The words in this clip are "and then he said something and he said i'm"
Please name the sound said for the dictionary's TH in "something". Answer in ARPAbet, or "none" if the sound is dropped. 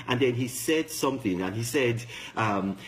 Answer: TH